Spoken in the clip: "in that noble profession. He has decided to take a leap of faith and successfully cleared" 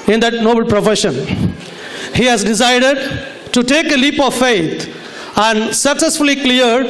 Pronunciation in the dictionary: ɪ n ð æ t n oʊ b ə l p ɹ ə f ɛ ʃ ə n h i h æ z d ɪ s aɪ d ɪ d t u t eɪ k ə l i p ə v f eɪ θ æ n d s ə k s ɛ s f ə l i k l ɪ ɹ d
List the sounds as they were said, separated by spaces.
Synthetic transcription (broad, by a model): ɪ n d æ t n oʊ b ə l p ɹ ə f ɛ ʃ ə n h i h æ z d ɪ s aɪ d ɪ d t u t eɪ k ə l i p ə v f eɪ t æ n d s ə k s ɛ s f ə l i k l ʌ ɹ d